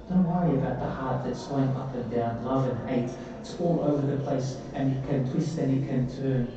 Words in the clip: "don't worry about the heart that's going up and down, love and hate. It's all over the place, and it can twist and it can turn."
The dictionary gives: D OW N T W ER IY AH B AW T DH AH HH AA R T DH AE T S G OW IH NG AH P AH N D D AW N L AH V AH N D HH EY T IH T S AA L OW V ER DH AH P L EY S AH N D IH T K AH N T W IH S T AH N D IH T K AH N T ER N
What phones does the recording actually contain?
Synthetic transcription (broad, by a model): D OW N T W ER IY AH B AW T DH AH HH AA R T DH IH T S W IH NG AH P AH N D D AW N L AH V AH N HH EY IH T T AA L OW V ER DH AH P L EY S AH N IH T K AH N T W IH S T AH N IH T K AH N T ER N